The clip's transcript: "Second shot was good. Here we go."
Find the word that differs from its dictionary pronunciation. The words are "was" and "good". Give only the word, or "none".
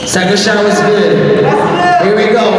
none